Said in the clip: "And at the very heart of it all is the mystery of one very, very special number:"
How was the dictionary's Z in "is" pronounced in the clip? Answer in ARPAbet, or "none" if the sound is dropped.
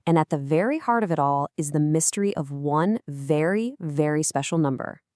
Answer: Z